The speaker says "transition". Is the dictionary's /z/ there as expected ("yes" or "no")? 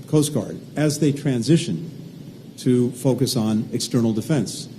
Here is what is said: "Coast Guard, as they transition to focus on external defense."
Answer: yes